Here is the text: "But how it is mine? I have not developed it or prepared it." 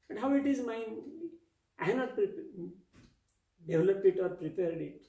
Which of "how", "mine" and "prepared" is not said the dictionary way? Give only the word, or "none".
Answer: mine